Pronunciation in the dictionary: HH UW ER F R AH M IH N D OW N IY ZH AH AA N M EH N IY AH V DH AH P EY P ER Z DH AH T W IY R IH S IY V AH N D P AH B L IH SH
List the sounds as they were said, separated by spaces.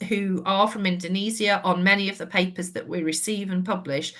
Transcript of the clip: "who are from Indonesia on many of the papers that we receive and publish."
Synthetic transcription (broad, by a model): HH UW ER F R AH M IH N D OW N IY Z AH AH N M EH N IY AH V DH AH P EY P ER Z DH AH T W IY R IH S IY V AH N P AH B L IH SH